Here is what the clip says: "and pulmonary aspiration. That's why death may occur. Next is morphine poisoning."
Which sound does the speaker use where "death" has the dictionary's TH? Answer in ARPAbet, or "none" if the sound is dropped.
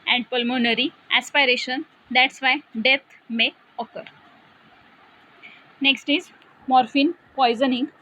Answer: T